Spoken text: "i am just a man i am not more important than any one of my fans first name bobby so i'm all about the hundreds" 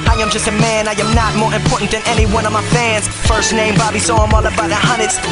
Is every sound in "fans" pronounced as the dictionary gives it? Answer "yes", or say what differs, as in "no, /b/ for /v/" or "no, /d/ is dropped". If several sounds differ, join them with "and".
yes